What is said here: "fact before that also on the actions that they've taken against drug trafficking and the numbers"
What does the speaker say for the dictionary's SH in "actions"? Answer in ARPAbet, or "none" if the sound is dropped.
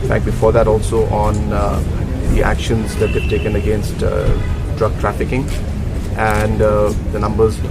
SH